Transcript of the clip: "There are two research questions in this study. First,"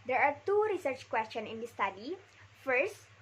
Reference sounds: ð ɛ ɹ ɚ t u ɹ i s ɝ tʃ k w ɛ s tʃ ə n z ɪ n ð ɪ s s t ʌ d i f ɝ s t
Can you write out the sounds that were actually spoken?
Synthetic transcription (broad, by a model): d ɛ ɹ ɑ t u ɹ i s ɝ tʃ k w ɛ s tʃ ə n ɪ n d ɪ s s t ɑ d i f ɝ s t